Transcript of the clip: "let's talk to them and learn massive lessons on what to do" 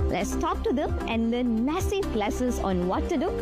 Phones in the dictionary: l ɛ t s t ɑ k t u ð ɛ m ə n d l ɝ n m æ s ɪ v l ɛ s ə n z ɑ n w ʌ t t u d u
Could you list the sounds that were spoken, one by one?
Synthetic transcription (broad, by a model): l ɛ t s t ɑ k t u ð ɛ m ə n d l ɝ n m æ s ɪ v l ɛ s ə z ɑ n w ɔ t t u d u